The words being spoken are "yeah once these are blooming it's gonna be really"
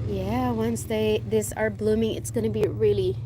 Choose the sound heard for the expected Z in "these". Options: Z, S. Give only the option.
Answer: S